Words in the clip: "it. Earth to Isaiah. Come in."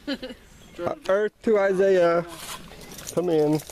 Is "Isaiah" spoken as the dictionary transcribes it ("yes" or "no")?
yes